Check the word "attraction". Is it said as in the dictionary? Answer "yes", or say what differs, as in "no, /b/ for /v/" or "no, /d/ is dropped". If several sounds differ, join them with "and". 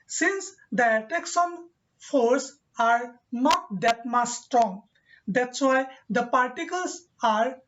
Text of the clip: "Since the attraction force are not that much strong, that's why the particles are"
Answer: no, /ɹ/ is dropped